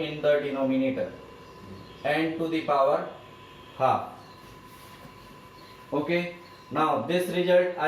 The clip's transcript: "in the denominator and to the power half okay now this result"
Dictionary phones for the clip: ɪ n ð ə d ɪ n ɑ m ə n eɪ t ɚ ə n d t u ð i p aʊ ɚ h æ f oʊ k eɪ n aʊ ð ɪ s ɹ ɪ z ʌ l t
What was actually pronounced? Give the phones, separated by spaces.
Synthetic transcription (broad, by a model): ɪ n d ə d ɪ n ɑ m ə n eɪ t ɚ ə n d t u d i p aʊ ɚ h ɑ oʊ k eɪ n aʊ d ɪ s ɹ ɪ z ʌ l t